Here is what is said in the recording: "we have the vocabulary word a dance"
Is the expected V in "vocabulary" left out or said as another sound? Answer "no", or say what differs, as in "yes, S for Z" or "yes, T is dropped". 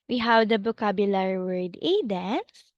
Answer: yes, B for V